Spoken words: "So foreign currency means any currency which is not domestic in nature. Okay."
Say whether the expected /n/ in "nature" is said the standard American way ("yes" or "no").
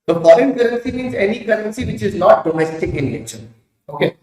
no